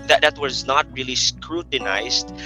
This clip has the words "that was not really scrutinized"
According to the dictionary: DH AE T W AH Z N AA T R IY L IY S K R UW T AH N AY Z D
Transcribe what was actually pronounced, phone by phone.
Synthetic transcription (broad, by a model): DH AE T W AH Z N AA T R IY L IY S K R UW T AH N AY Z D